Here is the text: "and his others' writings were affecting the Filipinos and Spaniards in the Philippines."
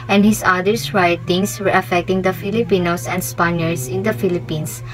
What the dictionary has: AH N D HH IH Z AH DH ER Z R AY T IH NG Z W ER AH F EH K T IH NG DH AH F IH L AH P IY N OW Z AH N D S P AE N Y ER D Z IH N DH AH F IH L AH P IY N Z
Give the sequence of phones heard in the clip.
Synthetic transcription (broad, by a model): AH N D HH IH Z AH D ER S R AY T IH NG S W ER AH F EH K T IH NG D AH F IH L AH P IY N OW S AH N D S P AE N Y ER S IH N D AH F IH L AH P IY N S